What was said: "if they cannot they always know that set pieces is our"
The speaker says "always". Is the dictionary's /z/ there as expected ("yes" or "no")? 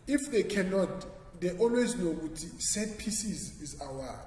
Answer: yes